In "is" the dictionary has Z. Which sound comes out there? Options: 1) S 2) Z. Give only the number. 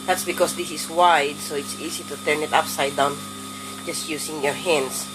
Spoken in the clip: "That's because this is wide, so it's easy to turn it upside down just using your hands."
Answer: 1